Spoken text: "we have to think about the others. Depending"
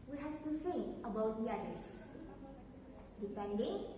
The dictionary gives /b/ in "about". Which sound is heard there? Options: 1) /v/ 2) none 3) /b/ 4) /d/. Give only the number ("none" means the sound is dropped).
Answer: 3